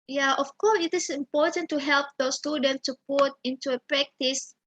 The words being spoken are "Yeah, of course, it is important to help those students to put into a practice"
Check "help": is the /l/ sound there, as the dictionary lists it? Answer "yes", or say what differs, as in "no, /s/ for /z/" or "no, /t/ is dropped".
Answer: yes